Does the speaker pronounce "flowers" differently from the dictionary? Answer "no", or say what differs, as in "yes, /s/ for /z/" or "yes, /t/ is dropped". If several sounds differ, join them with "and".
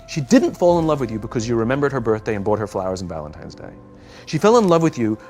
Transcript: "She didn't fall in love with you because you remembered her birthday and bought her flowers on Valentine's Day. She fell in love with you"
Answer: no